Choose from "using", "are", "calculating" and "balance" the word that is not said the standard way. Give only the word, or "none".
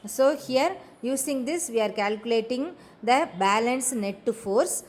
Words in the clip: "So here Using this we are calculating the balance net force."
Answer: using